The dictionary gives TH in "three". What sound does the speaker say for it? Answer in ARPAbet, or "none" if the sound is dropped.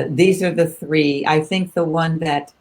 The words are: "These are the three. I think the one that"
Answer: TH